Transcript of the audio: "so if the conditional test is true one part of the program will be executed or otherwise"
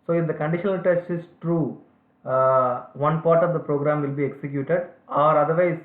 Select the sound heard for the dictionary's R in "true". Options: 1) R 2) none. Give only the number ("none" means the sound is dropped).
1